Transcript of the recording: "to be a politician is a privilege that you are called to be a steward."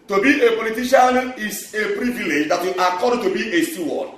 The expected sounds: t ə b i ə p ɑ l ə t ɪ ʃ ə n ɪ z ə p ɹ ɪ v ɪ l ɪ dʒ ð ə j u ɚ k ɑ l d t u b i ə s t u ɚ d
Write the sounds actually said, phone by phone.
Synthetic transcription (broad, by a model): t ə b i ə p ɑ l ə t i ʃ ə n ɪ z ə p ɹ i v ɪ l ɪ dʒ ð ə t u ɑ k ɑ d t u b i ə s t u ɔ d